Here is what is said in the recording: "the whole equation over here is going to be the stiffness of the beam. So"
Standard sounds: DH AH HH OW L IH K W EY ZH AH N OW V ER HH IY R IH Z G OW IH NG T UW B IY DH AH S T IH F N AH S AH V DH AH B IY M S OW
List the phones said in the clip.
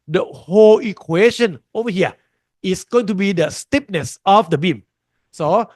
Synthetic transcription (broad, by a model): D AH HH OW L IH K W EY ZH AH N OW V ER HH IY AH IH S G OW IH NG T UW B IY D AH S T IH P N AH S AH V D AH B IY M S OW